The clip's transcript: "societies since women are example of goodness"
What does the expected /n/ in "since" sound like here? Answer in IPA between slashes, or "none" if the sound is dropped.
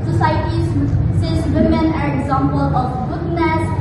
none